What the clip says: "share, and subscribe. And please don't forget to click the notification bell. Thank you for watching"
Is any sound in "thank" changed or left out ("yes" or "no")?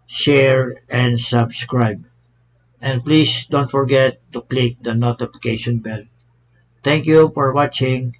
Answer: yes